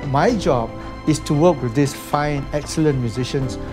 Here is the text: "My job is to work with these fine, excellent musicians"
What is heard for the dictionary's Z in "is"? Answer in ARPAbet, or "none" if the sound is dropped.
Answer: S